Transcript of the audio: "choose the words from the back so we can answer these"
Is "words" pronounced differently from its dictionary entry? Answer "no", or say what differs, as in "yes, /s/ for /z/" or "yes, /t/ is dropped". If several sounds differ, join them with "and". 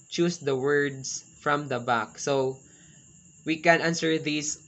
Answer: yes, /s/ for /z/